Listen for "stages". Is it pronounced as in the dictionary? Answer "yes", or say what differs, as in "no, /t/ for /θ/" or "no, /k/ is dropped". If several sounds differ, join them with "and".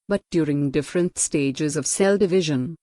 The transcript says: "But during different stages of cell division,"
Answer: yes